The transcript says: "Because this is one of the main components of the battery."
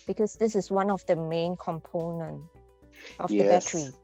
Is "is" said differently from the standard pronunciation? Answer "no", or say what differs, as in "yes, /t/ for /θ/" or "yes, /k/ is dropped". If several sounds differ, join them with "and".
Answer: yes, /s/ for /z/